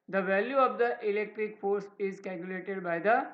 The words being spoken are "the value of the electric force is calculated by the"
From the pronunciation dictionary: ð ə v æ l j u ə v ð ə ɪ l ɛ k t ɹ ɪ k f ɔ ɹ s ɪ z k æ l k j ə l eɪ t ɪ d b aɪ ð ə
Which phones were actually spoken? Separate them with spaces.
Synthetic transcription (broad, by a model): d ə v æ l j u ə v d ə ɪ l ɛ k t ɹ ɪ k f ɔ ɹ s ɪ z k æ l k j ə l eɪ t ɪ d b aɪ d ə